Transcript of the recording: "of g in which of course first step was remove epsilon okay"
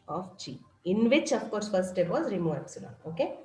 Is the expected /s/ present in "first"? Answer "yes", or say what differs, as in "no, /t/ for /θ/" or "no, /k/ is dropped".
no, /s/ is dropped